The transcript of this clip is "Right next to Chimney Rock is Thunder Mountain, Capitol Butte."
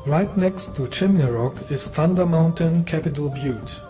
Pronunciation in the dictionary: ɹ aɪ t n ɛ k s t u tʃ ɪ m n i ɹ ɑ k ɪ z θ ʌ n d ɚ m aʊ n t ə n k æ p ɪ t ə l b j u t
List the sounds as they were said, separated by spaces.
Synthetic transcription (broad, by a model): ɹ aɪ t n ɛ k s t u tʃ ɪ m i ɹ ɑ k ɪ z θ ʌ n d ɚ m aʊ n t ə n k æ p ɪ t ə l b j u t